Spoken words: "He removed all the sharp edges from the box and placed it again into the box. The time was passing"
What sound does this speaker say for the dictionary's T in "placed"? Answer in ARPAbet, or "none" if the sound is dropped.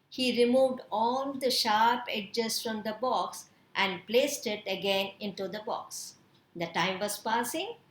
T